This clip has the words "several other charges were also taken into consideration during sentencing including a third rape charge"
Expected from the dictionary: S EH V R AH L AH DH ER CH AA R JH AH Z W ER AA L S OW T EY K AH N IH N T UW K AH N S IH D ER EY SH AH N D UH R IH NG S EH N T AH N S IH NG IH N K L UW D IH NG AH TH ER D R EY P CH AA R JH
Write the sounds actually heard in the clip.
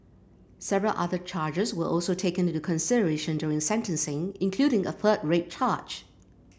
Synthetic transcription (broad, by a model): S EH V R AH L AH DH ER CH AA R JH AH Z W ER AA L S OW T EY AH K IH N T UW K AH N S IH D ER EY SH AH N D UH R IH NG S EH N T AH N S IH NG IH N K L UW D IH NG AH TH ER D R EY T CH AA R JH